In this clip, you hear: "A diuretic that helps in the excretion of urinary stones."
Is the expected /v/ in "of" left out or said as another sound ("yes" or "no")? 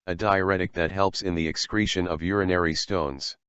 no